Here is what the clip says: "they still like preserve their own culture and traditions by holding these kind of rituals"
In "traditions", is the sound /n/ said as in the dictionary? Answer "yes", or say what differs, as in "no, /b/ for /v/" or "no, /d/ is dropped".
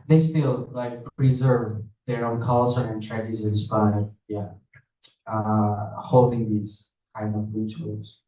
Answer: no, /n/ is dropped